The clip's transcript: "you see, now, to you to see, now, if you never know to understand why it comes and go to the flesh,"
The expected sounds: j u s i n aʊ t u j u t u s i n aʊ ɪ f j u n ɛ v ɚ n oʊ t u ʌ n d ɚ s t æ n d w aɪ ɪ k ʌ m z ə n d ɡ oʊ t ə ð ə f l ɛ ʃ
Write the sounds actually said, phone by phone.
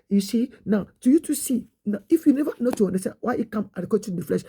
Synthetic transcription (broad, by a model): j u s i n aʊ t u j u t u s i n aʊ ɪ f j u n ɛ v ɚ n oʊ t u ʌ n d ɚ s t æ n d w aɪ ɪ k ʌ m ə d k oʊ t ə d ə f l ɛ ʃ